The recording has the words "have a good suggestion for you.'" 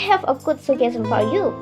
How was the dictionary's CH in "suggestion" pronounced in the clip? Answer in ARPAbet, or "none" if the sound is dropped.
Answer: none